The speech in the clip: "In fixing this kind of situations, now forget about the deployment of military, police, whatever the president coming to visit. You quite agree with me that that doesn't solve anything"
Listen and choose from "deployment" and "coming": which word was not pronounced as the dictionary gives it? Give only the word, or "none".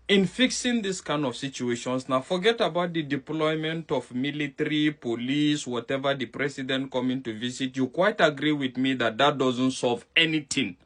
none